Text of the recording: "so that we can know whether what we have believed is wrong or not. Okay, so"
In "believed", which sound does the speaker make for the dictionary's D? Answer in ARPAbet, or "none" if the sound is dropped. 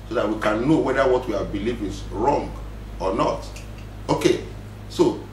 none